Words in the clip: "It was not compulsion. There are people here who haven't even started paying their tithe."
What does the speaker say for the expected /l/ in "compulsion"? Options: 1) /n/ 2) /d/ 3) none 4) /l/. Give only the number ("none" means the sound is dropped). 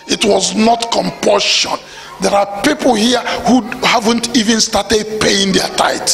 3